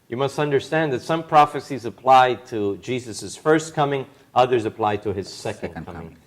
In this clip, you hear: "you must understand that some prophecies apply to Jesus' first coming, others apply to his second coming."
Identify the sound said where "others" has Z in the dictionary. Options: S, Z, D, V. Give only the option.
Z